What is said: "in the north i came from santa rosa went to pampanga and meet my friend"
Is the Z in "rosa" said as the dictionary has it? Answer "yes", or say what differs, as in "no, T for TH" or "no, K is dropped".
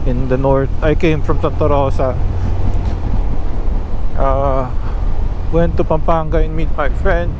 no, S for Z